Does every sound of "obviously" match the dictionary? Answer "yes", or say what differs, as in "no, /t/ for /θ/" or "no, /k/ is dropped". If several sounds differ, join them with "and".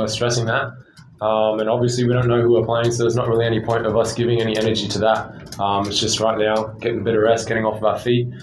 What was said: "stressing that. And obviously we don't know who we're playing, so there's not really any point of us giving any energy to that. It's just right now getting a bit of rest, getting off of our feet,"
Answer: yes